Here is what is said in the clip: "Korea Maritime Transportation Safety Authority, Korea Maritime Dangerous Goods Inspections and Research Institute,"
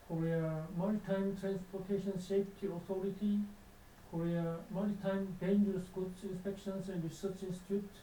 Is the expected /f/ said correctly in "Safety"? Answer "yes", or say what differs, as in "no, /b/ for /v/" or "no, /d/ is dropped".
no, /p/ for /f/